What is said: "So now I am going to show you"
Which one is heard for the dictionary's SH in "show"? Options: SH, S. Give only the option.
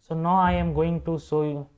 S